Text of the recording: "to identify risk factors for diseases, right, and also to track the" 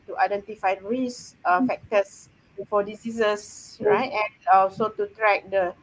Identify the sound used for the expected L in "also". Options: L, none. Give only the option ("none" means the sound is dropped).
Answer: none